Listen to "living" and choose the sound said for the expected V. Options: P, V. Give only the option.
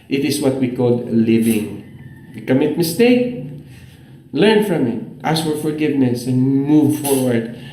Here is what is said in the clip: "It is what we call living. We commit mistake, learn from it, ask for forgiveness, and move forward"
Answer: V